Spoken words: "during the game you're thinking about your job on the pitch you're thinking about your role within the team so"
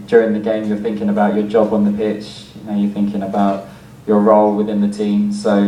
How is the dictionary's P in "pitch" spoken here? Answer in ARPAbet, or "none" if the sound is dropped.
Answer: P